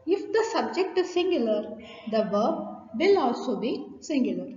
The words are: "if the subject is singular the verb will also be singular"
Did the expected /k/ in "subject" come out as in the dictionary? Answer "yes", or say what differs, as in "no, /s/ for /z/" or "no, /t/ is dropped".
yes